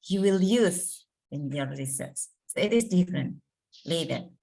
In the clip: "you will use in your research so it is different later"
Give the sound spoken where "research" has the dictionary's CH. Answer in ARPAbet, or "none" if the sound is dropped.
S